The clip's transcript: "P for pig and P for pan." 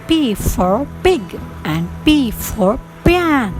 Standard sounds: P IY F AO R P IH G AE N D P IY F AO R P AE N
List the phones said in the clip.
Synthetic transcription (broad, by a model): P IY F AO R B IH G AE N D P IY F AO R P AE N